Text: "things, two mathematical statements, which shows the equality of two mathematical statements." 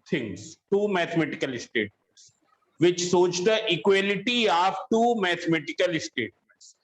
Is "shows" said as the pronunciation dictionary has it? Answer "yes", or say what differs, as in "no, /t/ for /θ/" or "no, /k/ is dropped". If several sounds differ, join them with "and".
no, /s/ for /ʃ/